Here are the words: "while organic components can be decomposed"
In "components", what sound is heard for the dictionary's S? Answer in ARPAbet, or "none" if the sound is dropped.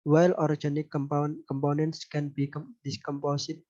S